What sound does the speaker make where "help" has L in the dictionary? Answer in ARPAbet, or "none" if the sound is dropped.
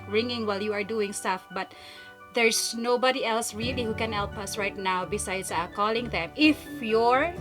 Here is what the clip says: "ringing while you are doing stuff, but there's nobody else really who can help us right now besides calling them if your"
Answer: L